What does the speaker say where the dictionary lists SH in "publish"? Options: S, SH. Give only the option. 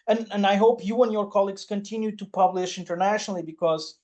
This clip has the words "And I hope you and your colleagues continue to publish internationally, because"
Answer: SH